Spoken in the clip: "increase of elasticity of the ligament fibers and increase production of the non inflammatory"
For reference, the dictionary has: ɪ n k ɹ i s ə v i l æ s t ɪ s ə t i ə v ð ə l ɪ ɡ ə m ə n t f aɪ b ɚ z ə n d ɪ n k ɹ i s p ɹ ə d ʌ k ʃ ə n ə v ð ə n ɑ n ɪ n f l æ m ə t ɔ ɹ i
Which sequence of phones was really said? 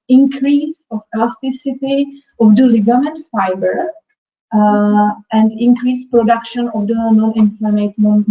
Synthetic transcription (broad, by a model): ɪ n k ɹ i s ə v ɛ l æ s t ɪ s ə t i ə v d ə l ɪ ɡ ə m ə n t f aɪ b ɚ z ə n d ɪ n k ɹ i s p ɹ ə d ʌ k ʃ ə n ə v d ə n ɑ n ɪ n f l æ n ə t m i